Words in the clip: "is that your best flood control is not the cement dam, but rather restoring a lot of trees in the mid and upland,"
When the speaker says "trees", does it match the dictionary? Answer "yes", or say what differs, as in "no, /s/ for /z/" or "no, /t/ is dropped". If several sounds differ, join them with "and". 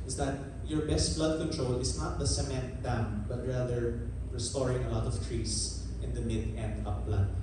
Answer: no, /s/ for /z/